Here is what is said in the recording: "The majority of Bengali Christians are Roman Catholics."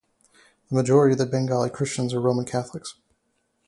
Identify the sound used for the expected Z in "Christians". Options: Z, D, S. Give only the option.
Z